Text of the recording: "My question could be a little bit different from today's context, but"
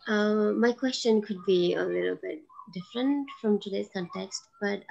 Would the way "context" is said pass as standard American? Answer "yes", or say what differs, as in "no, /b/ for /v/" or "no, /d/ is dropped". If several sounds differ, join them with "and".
yes